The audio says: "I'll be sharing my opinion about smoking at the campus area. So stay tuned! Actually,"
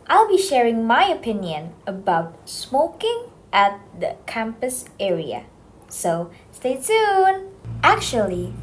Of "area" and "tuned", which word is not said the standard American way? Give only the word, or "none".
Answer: tuned